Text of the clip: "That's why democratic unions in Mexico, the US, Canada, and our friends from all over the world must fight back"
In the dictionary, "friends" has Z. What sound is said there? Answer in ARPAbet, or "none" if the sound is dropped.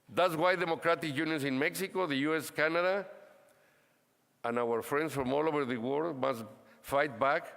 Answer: S